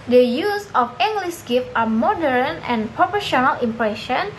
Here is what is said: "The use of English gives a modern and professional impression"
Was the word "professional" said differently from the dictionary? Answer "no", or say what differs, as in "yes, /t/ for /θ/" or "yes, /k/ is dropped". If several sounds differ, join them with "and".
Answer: yes, /p/ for /f/